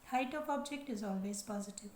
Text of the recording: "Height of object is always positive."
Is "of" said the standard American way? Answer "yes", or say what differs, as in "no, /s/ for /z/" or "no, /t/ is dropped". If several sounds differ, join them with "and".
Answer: no, /p/ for /v/